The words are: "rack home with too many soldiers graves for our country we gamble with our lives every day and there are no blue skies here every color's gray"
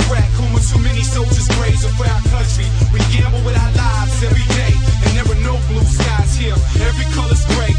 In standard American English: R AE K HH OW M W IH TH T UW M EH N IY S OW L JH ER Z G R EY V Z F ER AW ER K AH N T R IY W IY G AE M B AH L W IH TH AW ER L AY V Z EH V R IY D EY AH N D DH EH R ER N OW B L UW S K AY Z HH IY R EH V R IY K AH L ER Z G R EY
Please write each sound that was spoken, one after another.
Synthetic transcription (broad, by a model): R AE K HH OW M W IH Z T UW M EH N IY S OW L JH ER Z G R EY Z F ER AW ER K AH N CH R IY W IY G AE M B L W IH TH AW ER L AY V Z EH V R IY D EY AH N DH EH W ER N OW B L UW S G AY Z HH IY R EH V R IY K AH L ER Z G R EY